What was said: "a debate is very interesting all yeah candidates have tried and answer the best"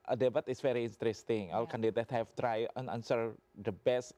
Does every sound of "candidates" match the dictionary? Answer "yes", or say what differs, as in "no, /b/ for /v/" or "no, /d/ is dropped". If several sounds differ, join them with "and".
no, /s/ is dropped